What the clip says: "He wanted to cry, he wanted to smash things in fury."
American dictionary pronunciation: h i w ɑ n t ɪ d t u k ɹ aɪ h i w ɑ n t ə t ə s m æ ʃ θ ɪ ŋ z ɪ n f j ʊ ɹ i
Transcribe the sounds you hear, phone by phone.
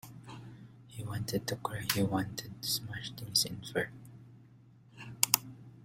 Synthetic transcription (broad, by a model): h i w ɑ n t ɪ d t u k aɪ h i w ɑ n t ə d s m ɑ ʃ t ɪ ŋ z ɪ n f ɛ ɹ